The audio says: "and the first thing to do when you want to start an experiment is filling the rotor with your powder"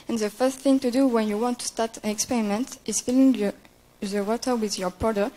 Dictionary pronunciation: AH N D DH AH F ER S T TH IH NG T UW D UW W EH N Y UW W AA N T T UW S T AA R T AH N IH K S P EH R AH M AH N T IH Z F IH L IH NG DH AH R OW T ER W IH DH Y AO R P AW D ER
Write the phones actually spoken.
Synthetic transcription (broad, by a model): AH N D DH AH F ER S T TH IH NG T UW D UW W EH N Y UW W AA N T T UW S T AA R T AH N IH K S P EH R AH M AH N T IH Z F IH L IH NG DH AH W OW T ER W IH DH Y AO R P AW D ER